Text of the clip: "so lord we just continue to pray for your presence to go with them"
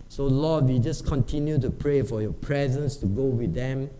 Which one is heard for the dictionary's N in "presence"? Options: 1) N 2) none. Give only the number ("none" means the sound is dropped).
1